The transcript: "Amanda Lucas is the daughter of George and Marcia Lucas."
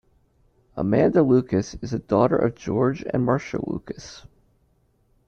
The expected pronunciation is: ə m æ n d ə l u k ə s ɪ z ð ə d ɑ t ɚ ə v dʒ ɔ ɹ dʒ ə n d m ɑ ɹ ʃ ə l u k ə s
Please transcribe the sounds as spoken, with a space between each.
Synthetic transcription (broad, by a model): ə m æ n d ə l u k ə s ɪ z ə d ɑ t ɚ ə v dʒ ɔ ɹ dʒ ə n m ɑ ɹ ʃ ə l u k ə s